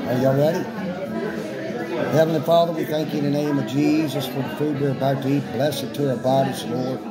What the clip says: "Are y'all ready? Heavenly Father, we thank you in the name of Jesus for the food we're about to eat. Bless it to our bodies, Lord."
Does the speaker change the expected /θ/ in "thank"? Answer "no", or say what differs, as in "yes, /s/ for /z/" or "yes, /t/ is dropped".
no